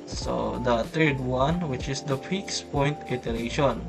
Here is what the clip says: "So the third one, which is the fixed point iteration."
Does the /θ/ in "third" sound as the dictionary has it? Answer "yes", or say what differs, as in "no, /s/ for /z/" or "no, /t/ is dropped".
no, /t/ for /θ/